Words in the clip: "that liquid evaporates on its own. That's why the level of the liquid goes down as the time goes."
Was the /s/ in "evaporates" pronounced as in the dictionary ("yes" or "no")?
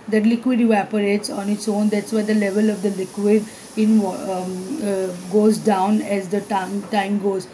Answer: yes